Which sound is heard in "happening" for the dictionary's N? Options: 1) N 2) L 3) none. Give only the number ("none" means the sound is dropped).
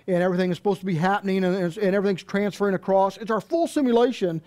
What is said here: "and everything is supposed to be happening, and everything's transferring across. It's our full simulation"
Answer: 1